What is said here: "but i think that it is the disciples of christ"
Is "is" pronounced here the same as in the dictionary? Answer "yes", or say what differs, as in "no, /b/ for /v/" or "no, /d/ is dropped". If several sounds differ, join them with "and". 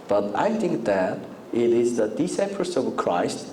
yes